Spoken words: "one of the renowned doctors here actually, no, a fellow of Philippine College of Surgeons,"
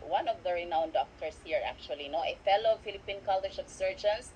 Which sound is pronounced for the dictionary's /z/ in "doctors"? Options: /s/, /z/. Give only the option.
/s/